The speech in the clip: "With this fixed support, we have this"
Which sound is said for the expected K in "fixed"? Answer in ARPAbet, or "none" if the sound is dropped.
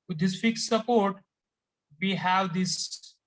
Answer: K